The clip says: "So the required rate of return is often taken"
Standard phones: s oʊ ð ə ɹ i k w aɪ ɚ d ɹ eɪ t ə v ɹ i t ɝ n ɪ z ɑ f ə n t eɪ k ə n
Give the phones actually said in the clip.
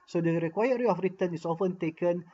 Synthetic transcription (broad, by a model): s oʊ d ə ɹ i k w aɪ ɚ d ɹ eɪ ə f ɹ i t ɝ n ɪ s ɑ f ə n t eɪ k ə n